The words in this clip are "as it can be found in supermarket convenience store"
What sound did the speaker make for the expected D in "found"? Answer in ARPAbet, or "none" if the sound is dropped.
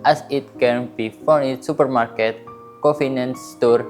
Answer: none